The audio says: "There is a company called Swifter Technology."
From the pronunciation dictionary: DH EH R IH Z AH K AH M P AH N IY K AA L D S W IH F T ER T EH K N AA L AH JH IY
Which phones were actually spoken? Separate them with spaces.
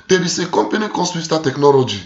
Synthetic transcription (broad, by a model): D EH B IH S AH K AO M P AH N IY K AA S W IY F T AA T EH K N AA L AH JH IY